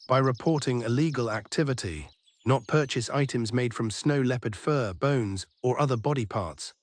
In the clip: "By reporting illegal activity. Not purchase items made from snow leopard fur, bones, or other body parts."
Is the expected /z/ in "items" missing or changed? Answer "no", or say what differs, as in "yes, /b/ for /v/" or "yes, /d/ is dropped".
no